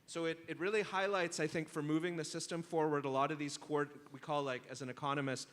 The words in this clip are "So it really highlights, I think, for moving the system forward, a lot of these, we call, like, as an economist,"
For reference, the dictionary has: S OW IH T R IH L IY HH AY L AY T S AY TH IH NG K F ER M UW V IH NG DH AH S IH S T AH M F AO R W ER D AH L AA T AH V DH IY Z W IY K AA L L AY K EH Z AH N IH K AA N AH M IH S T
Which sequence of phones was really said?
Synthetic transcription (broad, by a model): S OW IH T R IH L IY HH AY L AY T S AY TH IH NG K F ER M UW V IH NG DH AH S IH S T AH M F AO R W ER D AH L AA T AH V DH IY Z W IY K AA L L AY K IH Z N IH K AA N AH M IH S T